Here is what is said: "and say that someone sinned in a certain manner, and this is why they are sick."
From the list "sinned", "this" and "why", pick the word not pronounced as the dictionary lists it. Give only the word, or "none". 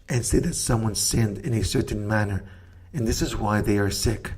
none